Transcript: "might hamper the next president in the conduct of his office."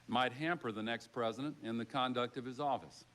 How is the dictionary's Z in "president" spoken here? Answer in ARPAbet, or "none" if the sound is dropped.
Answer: Z